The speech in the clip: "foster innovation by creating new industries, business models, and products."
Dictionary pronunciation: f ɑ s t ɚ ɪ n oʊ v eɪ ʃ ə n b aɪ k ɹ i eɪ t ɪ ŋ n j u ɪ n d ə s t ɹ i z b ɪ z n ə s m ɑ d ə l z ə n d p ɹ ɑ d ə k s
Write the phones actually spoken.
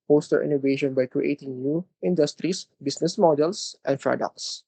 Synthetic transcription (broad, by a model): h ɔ s t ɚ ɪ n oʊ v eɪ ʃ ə n b aɪ k ɹ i eɪ t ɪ ŋ n j u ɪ n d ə s t ɹ i s b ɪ s n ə s m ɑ d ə l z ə n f ɹ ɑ d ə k s